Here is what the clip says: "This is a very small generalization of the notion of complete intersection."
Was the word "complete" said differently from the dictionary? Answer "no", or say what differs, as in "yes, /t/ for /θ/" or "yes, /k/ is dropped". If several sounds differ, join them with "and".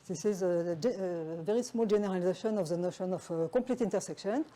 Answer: yes, /m/ is dropped